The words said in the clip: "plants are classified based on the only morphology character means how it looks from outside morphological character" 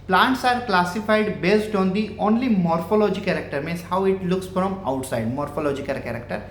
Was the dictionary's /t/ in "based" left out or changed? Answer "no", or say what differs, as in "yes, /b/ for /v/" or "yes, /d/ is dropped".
no